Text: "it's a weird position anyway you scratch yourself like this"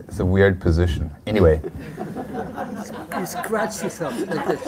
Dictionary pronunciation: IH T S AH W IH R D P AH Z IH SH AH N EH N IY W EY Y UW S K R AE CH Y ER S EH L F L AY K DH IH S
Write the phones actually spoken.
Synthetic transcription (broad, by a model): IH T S AH W IH R D P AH Z IH SH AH N EH N IY W EY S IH S K R AE CH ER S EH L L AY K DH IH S